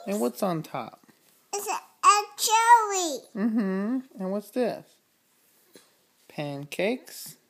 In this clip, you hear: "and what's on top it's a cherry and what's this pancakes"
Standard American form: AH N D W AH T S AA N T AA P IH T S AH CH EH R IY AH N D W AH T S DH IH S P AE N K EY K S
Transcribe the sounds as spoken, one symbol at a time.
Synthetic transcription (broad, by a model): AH N W AH T S N T AA P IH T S AH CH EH L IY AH N W AH T S DH IH S P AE N K EY K S